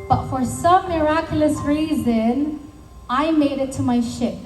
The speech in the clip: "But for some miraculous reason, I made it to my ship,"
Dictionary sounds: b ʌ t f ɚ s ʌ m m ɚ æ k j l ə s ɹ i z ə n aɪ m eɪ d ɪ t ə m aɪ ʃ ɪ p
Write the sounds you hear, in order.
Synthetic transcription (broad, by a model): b ʌ t f ɚ s ʌ m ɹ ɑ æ k j l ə s ɹ i z ə n aɪ m eɪ d ɪ t ə m aɪ ʃ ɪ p